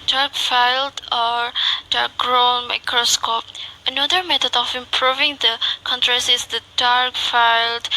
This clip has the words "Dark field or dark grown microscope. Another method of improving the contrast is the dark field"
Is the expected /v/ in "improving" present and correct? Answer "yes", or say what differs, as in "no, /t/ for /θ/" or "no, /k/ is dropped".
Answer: yes